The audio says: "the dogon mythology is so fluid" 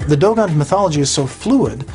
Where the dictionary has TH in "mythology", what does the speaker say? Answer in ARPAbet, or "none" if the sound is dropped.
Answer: TH